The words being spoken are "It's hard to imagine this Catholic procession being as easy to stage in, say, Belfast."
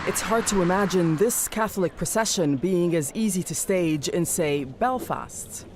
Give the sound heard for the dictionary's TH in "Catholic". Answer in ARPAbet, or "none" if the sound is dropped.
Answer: TH